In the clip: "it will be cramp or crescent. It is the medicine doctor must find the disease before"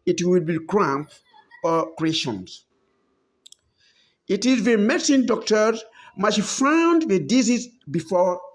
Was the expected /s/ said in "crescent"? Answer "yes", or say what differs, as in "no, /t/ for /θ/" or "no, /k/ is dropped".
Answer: no, /ʃ/ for /s/